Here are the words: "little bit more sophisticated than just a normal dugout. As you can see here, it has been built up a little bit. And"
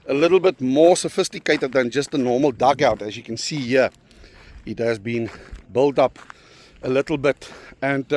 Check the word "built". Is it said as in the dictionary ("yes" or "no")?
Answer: yes